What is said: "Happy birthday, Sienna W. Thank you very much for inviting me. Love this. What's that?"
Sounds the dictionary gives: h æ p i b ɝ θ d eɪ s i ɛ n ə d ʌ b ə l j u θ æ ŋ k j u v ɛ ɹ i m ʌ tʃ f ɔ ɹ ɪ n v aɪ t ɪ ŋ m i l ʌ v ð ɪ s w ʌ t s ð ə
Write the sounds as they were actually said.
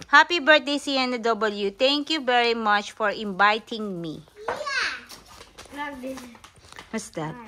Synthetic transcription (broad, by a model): h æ p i b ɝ t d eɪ s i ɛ n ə d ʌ b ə l j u t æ ŋ k j u v ɛ ɹ i m ʌ tʃ f ɔ ɹ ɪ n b aɪ t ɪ ŋ m i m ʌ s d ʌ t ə